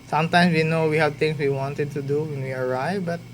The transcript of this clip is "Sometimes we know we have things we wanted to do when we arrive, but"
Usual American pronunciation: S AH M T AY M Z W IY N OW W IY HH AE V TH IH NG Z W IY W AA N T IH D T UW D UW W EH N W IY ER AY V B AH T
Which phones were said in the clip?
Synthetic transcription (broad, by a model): S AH M T AY M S W IY N OW W IY HH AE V T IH NG S W IY W AA N T IH D T UW D UW W EH N W IY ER AY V B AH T